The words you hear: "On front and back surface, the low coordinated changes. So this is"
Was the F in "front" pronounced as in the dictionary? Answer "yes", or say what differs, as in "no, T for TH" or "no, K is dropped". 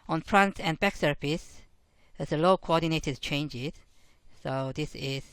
no, P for F